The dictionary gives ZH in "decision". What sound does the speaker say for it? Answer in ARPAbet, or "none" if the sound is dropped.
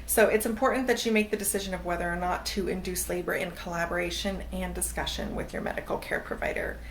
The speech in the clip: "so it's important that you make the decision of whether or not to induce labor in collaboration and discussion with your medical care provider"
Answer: ZH